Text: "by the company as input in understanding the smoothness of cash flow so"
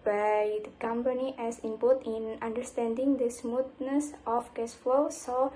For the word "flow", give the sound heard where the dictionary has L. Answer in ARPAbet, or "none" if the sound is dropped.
L